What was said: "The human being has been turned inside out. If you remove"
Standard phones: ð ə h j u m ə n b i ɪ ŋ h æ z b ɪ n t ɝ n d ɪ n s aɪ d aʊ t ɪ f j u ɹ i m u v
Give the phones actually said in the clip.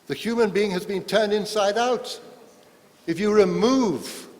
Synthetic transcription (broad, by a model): ð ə h j u m ə n b i ɪ ŋ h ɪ z b ɪ n t ɝ n d ɪ n s aɪ d aʊ t ɪ f j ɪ ɹ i m u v